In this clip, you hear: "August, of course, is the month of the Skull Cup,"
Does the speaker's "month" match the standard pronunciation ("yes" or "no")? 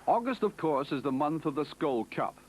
yes